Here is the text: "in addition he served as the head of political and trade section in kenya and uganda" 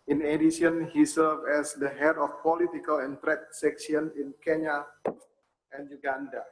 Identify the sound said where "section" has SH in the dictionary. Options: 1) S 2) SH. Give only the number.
1